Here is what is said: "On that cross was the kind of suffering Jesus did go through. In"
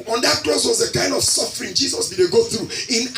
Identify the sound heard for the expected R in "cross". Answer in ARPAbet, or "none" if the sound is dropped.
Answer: L